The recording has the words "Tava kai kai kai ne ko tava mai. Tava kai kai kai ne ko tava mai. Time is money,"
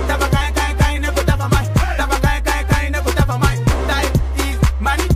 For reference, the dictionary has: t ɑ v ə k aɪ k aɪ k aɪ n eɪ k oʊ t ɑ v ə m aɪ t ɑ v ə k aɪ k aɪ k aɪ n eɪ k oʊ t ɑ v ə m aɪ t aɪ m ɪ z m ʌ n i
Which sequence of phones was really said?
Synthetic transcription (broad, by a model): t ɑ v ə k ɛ k aɪ k aɪ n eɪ k oʊ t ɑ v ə m aɪ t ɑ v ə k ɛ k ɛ k aɪ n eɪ k oʊ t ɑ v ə m aɪ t aɪ ɪ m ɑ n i